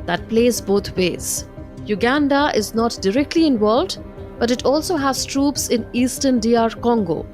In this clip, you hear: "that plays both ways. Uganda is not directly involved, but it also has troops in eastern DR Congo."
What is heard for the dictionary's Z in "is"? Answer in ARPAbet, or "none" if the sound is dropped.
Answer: Z